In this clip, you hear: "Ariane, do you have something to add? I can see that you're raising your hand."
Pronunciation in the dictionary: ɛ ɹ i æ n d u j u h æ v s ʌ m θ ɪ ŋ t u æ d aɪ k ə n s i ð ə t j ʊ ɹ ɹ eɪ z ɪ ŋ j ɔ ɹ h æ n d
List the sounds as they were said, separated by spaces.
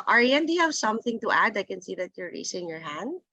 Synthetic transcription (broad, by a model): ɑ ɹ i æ n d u j u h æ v s ʌ m θ ɪ ŋ t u æ d aɪ k ə n s i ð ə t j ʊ ɹ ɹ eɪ s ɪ ŋ j ɔ ɹ h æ n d